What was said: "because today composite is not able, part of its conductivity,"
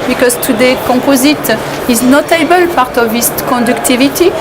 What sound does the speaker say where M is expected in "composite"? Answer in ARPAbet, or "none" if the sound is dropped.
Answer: none